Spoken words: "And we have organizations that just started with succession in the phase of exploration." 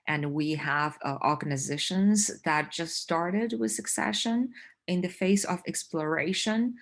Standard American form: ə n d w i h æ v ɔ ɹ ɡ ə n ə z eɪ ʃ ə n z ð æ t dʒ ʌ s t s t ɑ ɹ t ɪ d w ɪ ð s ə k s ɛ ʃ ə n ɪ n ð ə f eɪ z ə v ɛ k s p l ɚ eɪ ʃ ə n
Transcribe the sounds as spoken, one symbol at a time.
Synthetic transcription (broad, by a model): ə n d w i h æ v ɔ ɹ ɡ ə n ə z eɪ ʃ ə n z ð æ t dʒ ʌ s t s t ɑ ɹ t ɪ d w ɪ ð s ə k s ɛ ʃ ə n ɪ n ð ə f eɪ s ə v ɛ k s p l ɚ eɪ ʃ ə n